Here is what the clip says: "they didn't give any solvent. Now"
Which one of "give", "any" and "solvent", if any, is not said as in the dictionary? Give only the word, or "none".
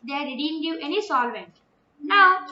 give